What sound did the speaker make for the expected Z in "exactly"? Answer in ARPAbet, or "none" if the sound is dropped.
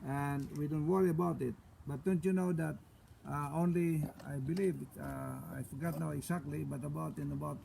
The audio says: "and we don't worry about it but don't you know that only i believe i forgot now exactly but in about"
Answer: S